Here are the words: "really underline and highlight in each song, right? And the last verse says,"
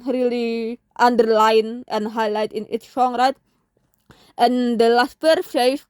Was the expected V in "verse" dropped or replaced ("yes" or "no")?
yes